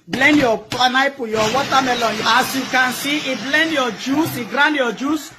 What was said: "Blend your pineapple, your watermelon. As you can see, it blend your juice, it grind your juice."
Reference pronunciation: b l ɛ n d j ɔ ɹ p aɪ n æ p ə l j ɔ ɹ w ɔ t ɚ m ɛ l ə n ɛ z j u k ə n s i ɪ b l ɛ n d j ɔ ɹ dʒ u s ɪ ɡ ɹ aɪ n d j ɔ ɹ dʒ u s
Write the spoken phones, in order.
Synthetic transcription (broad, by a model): b l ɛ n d j ɔ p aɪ n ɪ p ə j ɔ w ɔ t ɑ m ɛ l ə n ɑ s j u k ə n s i ɪ b l ɛ n d j ɔ dʒ u s ɪ ɡ ɹ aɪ n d j ɔ dʒ u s